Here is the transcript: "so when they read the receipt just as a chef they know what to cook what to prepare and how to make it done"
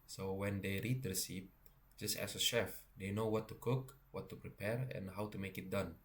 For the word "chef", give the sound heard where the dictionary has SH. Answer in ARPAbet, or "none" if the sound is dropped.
SH